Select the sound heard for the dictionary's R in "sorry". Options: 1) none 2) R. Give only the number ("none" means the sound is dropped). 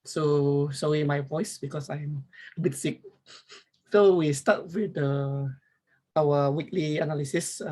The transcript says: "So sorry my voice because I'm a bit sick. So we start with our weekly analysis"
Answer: 1